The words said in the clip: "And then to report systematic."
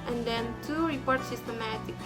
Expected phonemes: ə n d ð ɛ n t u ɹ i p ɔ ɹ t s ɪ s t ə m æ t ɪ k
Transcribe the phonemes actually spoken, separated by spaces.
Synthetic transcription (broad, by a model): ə n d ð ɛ n t u ɹ i p ɔ ɹ t s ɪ s t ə m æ t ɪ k